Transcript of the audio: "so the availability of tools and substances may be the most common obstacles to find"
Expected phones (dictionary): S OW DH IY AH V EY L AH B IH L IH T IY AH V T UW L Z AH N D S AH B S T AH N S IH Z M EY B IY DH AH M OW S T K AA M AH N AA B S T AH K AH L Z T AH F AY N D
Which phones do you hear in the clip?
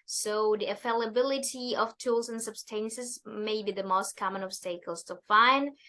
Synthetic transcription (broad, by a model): S OW DH IY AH F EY L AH B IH L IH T IY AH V T UW L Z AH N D S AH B S T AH N S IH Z M EY B IY DH AH M OW S T K AA M AH N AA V S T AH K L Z T AH F AY N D